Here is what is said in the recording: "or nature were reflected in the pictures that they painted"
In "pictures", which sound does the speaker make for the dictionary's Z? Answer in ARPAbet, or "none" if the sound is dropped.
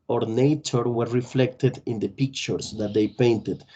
S